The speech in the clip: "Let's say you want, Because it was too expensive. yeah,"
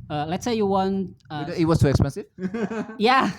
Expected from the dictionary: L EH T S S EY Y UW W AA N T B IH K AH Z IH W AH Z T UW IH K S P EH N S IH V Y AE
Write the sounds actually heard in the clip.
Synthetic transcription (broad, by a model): L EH T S S EY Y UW W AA N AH IH W AH Z T UW IH K S P EH N S IH V Y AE